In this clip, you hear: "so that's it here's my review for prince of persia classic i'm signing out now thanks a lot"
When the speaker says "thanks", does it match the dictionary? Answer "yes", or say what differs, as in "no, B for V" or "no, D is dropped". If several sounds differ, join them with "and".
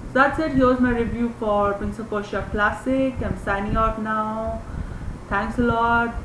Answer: no, T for TH